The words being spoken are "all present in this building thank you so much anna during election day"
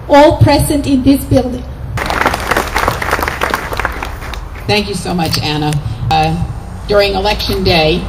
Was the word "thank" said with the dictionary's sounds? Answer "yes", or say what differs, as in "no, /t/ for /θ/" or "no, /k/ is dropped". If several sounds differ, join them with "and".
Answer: yes